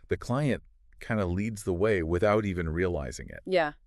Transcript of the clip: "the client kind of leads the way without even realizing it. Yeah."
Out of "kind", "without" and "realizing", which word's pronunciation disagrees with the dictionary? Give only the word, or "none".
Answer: none